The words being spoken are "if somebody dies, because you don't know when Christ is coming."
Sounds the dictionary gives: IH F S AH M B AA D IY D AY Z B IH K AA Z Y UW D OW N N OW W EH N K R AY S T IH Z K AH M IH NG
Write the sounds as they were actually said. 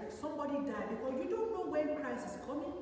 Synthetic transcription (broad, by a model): S AH M B AA D IY D AY B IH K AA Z Y UW D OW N N OW W EH N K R AY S IH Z K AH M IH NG